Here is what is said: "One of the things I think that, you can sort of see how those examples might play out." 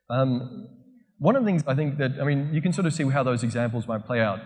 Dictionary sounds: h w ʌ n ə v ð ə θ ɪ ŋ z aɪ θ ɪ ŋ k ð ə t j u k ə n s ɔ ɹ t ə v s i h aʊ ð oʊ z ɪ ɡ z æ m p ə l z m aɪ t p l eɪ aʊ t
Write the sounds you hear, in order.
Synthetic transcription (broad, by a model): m w ʌ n ə v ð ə θ ɪ ŋ z aɪ θ ɪ ŋ k ð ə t j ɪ k ə n s ɔ ɹ t ə v s i h aʊ ð oʊ z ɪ ɡ z æ m p l z m aɪ t p l eɪ aʊ t